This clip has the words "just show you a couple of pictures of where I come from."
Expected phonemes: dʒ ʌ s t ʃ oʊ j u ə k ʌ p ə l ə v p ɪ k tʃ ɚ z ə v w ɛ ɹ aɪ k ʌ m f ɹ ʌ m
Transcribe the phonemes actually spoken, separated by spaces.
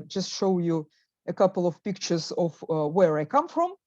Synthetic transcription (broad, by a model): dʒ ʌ s t ʃ oʊ j u ə k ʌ p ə l ə v p ɪ k tʃ ɚ z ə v w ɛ ɹ aɪ k ʌ m f ɹ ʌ m